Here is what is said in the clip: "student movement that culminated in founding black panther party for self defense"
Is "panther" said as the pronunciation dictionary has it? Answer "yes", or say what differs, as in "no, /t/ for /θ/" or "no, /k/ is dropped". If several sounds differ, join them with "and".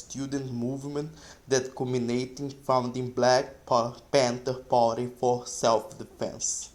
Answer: no, /t/ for /θ/